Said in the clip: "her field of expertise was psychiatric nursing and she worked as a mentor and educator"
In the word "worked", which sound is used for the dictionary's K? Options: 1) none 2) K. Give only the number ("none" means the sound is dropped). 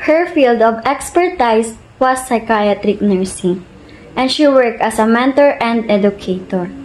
2